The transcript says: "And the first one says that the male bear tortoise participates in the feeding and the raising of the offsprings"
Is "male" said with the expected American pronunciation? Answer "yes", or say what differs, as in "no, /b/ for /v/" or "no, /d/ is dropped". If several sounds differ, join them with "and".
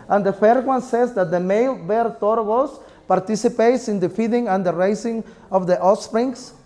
yes